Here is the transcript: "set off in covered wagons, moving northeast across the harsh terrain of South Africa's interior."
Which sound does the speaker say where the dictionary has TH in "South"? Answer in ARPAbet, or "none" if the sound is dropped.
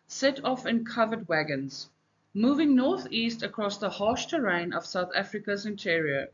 TH